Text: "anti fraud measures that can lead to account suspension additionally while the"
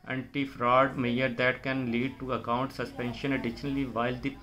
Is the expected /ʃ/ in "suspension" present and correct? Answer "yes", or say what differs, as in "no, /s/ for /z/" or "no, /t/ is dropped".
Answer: yes